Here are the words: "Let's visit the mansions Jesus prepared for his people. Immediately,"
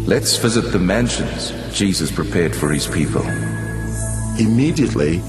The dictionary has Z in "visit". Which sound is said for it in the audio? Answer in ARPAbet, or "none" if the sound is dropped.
Z